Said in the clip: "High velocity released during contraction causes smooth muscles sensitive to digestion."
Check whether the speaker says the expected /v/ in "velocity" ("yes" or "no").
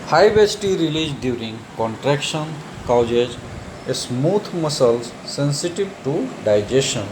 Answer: no